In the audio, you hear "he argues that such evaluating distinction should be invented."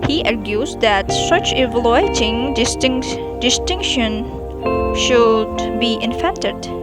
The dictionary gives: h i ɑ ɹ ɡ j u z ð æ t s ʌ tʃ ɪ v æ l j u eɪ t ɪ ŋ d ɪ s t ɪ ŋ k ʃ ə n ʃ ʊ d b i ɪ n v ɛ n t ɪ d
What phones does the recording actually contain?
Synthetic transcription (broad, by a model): h i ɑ ɹ ɡ j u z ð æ t s ʌ tʃ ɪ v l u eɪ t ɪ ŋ d ɪ s t ɪ ŋ k ʃ ə n ʃ ʊ d b i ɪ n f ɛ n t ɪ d